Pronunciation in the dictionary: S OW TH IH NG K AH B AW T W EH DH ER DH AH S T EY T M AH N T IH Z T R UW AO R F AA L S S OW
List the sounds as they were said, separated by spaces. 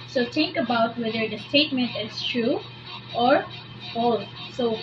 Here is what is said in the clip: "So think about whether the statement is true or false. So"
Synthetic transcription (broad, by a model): S OW T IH NG K AH B AW T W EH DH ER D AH S T EY T M AH N T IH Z T R UW AO R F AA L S S OW